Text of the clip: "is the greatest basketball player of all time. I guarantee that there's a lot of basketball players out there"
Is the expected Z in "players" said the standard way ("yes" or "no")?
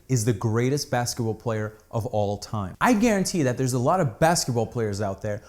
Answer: yes